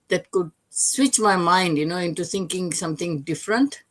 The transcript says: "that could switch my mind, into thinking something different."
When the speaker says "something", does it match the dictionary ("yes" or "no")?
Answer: no